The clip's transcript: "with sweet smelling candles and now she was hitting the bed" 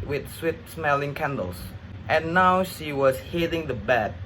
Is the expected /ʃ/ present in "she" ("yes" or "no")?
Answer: yes